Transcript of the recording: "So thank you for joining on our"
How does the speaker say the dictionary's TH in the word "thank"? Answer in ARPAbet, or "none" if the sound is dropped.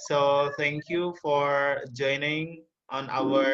T